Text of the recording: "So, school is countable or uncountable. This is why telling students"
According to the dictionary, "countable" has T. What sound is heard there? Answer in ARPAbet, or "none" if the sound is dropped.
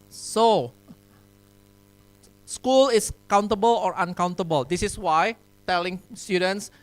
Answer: T